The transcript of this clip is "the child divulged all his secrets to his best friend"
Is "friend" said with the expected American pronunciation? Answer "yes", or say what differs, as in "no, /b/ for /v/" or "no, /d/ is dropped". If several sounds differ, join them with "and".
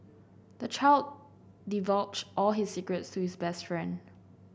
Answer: yes